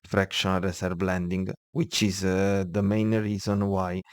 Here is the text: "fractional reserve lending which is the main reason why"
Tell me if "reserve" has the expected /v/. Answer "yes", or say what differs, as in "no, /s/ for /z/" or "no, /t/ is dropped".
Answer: no, /b/ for /v/